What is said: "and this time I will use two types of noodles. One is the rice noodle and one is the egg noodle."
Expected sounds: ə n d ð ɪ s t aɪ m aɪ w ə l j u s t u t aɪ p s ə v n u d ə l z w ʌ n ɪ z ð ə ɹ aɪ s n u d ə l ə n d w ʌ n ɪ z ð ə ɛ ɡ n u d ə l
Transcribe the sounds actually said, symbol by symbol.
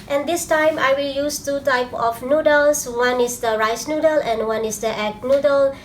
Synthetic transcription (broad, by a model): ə n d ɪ s t aɪ m aɪ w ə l j u s t u t aɪ p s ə f n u d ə l s w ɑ n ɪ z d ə ɹ aɪ s n u d ə l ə n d w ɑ n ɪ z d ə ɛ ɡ n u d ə l